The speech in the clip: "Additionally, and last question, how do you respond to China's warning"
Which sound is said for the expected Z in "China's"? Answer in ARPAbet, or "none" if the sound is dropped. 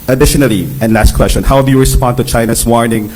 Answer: S